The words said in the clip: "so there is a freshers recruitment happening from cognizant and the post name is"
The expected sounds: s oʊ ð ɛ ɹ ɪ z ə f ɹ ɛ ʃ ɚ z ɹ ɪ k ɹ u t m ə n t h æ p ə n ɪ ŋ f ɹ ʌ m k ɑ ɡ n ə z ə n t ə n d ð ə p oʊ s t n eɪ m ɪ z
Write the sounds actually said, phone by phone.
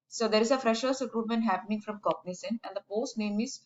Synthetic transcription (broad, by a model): s oʊ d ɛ ɹ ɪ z ə f ɹ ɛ ʃ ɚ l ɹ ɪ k ɹ u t m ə n t h æ p ə n ɪ ŋ f ɹ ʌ m k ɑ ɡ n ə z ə n ə n d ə p oʊ s t n eɪ m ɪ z